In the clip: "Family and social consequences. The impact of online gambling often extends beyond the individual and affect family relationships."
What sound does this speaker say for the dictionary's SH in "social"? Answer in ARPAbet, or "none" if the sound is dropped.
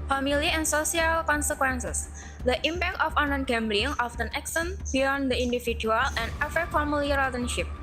S